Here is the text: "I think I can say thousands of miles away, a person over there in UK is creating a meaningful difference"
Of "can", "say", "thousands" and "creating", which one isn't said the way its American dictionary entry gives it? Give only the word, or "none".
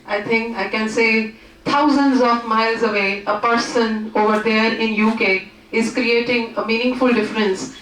thousands